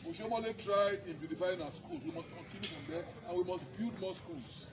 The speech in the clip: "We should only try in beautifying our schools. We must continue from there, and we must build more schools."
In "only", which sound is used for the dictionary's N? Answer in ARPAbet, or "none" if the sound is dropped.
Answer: none